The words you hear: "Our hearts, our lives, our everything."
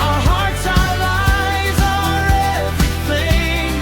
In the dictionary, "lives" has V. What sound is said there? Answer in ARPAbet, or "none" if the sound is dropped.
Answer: none